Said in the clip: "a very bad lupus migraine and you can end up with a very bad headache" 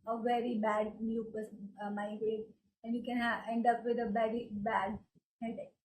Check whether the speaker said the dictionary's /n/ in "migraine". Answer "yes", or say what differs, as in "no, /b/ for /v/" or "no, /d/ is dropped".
no, /n/ is dropped